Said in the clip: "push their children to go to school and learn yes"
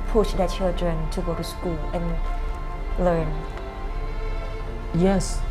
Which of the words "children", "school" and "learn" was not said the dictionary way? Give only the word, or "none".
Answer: children